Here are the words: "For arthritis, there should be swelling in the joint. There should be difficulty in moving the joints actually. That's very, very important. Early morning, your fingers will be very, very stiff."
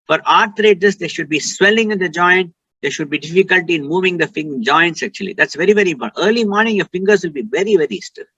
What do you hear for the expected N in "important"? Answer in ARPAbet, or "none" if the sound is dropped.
none